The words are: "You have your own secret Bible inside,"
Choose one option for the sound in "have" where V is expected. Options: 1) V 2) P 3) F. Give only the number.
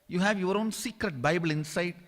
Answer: 1